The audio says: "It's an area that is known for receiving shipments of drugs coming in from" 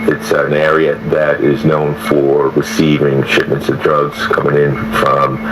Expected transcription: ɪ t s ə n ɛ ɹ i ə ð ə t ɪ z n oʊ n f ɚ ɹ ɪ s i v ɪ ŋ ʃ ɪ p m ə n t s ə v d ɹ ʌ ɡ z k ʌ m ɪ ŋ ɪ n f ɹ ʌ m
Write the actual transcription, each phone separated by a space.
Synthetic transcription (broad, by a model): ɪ t s ə n ɛ ɹ i ə ð ə t ɪ z n oʊ n f ɚ ɹ ɪ s i v ɪ ŋ ʃ ɪ p m ə n t s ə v d ɹ ʌ ɡ z k ʌ m ɪ ŋ ɪ n f ɹ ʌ m